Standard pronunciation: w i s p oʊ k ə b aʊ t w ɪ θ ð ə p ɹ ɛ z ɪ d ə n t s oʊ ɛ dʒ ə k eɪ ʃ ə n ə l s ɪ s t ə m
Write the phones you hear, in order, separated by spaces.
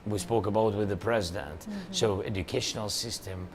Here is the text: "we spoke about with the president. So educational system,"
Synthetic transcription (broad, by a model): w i s p oʊ k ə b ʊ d w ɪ ð ə p ɹ ɛ z ɪ d ə n t s oʊ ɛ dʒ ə k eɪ ʃ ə n l s ɪ s t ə m